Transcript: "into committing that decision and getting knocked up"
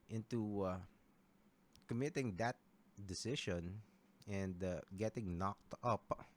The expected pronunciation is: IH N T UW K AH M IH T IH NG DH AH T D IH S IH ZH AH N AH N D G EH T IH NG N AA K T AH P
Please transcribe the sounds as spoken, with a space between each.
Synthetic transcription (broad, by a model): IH N T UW K AH M IH T IH NG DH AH T D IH S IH SH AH N AH N D G EH T IH NG N AA K T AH P